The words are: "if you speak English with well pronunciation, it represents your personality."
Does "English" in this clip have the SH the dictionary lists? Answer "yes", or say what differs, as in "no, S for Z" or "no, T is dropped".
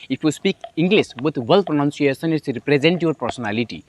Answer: no, S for SH